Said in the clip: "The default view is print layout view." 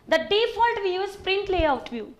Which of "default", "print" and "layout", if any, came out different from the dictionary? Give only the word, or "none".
none